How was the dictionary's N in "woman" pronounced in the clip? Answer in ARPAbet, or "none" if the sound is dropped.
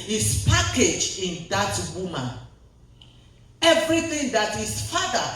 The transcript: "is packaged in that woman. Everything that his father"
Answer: none